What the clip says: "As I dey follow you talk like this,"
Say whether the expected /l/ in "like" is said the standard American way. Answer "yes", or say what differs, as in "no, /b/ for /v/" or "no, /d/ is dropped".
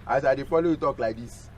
yes